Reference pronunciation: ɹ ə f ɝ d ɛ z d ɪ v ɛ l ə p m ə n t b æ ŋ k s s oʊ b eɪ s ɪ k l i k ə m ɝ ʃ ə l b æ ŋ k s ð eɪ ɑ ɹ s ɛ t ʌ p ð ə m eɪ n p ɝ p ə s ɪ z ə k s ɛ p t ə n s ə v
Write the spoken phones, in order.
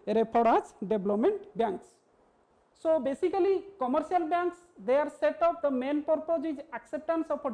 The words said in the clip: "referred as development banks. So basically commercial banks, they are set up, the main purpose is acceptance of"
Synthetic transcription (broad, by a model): ɹ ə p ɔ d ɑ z d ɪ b l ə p m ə n t b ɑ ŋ k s s oʊ b eɪ s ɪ k l i k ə m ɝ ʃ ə l b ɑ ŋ k s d eɪ ɑ ɹ s ɛ t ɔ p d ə m eɪ n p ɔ p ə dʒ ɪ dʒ ə k s ɛ p t ə n s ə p